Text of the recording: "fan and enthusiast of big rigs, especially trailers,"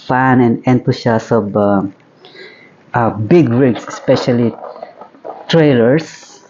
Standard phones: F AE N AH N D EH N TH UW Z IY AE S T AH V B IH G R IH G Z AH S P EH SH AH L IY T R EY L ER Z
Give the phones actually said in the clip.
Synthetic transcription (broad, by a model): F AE N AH N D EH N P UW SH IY S AH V B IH G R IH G S AH S P EH SH AH L IY T R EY L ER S